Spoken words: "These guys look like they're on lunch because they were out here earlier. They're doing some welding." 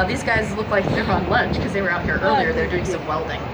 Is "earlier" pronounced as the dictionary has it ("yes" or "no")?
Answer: yes